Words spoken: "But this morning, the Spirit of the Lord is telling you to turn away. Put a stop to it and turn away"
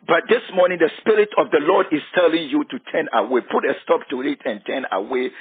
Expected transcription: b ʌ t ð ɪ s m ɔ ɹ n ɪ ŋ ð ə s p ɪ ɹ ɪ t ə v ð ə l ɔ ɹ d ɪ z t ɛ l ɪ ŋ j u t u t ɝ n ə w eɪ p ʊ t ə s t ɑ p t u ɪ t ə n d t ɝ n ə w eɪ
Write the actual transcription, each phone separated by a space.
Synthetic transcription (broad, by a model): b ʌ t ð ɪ s m ɔ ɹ n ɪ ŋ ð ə s p ɪ ɹ ɪ t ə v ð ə l ɔ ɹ d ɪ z t ɛ l ɪ ŋ j u t u t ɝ n ə w eɪ p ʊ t ə s t ɑ p t u ɪ t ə n t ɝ n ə w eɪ